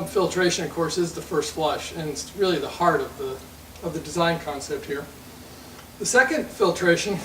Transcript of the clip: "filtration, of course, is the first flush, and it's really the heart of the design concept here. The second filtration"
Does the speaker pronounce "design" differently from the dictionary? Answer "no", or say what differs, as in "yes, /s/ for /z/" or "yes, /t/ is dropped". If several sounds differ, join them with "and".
no